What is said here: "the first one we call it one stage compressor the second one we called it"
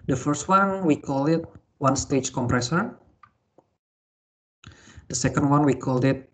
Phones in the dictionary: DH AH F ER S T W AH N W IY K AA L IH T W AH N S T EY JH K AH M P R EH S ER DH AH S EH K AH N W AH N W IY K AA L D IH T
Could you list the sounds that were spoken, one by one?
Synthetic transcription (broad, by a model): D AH F ER S T W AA N W IY K AA L IH T W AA N S T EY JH K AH M P R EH S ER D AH S EH K AH N W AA N W IY K AA L D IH T